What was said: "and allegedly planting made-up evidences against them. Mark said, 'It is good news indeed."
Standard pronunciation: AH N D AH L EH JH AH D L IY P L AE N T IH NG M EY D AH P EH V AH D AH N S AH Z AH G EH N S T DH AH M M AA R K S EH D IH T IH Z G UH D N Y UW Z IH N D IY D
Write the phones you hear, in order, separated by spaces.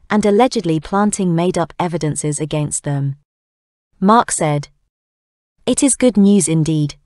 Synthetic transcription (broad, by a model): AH N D AH L EH JH AH D L IY P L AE N T IH NG M EY D AH P EH V AH D AH N S AH Z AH G EH N S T DH AH M M AA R K S EH D IH T IH Z G UH D N Y UW Z IH N D IY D